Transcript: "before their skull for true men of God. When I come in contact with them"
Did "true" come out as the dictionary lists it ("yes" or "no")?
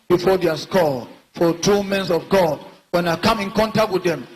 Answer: no